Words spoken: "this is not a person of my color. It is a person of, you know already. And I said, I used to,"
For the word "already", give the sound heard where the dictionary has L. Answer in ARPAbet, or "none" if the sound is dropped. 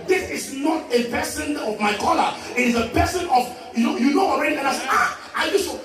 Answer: N